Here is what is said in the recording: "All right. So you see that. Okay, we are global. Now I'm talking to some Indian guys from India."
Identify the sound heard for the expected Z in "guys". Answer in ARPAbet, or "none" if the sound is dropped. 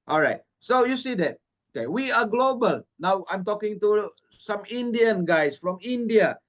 S